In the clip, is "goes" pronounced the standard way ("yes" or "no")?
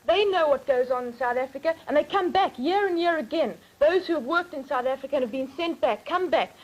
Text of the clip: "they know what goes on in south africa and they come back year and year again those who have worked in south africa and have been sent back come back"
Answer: yes